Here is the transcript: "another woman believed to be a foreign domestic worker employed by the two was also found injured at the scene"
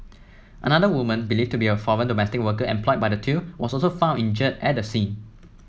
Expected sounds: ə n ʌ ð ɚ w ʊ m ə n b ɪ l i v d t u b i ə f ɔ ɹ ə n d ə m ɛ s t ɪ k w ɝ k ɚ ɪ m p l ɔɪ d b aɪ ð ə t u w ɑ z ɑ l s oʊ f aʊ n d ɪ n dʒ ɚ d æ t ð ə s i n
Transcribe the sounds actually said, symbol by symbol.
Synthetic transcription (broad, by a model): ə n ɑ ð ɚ w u m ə n b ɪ l i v t u b i ə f ɔ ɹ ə n d ə m ɛ s t ɪ k w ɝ k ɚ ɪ m p l ɔɪ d b aɪ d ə t u w ɑ s ɑ l s oʊ f aʊ n ɪ n dʒ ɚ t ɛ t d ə s i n